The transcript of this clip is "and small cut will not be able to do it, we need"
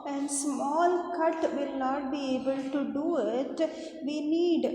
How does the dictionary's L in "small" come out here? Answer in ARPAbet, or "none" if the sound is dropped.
L